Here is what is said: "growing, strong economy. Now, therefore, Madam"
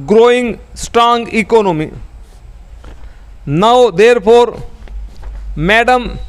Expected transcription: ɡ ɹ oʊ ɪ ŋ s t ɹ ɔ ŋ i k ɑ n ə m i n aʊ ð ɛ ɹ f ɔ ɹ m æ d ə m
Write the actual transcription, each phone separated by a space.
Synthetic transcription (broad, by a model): ɡ ɹ oʊ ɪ ŋ s t ɹ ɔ ŋ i k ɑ n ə m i n aʊ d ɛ ɹ p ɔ ɹ m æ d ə m